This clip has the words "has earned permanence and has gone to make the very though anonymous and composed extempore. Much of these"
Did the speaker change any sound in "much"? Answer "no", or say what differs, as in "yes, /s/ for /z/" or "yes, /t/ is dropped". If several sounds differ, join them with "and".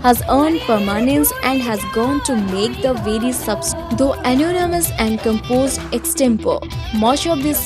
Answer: yes, /ʃ/ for /tʃ/